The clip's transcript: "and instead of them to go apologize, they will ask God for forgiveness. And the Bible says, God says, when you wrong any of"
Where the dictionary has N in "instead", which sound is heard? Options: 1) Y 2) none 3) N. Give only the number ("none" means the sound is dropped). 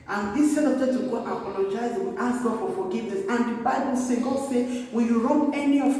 2